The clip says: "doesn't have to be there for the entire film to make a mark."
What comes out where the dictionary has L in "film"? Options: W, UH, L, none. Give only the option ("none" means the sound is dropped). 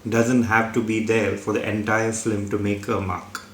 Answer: none